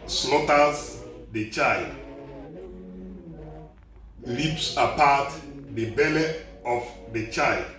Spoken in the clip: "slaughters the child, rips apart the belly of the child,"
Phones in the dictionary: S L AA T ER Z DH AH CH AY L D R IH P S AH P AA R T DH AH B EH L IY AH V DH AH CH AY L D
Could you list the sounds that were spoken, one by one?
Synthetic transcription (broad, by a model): S L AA T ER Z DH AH CH AY L D L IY P S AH P AA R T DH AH B EH L IY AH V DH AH CH AY L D